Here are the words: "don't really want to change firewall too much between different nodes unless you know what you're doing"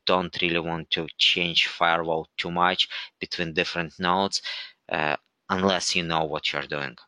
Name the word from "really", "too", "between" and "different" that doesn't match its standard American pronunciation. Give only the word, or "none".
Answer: none